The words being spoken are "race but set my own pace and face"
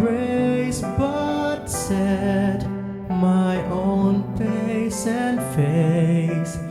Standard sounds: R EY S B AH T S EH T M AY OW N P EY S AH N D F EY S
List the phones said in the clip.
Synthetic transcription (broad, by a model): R EY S B AH T S EH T M AY OW N F EY S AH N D F EY S